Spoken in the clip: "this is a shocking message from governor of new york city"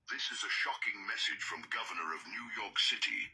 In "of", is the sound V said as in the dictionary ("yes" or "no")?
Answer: yes